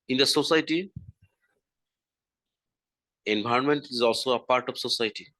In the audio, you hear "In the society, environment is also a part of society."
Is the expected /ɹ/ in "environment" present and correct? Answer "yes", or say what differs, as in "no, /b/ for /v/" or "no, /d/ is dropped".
no, /ɹ/ is dropped